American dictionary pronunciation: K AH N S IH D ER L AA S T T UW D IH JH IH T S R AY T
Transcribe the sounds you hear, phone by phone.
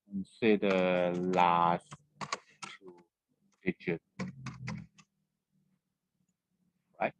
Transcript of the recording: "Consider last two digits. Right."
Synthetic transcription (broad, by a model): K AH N S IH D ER L AA S T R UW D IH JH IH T R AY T